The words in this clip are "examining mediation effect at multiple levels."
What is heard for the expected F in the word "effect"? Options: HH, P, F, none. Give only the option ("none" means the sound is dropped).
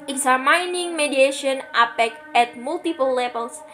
P